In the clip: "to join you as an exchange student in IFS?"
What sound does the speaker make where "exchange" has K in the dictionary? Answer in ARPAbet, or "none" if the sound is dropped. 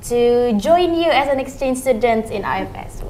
K